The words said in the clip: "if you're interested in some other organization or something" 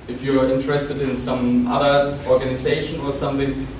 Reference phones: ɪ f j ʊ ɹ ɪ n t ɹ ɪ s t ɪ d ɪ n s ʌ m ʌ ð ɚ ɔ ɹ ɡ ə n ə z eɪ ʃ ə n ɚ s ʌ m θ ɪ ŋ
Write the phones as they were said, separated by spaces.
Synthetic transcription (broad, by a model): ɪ f j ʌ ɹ ɪ n t ɹ ɪ s t ɪ d ɪ n s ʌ m ʌ ð ɚ ɔ ɹ ɡ ə n ə z eɪ ʃ ə n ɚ s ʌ m θ ɪ ŋ